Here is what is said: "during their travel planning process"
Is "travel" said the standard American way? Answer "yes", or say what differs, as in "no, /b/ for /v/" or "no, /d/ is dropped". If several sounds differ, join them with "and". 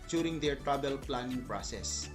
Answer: no, /b/ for /v/